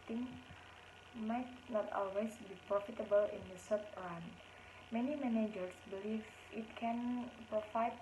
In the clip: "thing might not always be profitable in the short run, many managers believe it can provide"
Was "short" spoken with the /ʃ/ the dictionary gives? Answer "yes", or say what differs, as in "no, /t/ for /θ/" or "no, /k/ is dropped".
no, /s/ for /ʃ/